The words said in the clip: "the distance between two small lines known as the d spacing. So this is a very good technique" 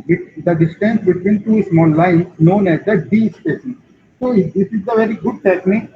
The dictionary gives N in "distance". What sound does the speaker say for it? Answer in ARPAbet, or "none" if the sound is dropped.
N